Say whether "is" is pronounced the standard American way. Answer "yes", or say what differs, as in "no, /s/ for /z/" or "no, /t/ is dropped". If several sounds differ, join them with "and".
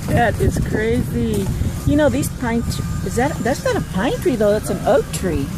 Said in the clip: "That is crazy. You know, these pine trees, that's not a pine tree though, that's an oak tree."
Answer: no, /s/ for /z/